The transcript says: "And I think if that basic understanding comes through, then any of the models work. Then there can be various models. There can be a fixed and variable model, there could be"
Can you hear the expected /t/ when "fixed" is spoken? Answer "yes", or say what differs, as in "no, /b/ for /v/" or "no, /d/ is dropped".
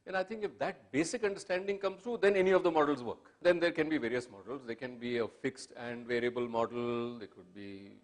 yes